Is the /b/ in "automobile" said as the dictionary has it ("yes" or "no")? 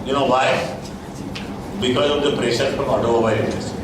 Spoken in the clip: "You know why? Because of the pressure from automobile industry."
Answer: no